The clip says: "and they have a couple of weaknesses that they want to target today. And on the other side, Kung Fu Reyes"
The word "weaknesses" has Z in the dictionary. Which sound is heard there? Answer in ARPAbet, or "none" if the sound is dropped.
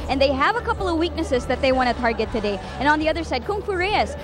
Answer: Z